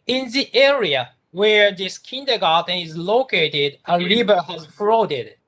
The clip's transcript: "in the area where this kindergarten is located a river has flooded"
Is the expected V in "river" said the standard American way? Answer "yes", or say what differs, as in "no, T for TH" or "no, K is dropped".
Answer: no, B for V